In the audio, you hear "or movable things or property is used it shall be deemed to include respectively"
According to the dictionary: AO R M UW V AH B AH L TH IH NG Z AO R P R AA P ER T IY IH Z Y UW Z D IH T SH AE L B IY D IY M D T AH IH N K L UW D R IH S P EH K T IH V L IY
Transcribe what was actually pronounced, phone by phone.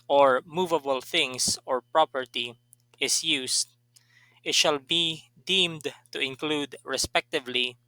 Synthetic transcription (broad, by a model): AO R M UW V AH B AH L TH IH NG S AO R P R AA P ER T IY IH S Y UW S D IH T SH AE L B IY D IY M D T AH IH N K L UW D R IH S P EH K T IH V L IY